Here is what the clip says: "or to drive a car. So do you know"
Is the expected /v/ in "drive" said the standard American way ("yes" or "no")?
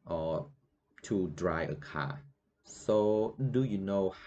no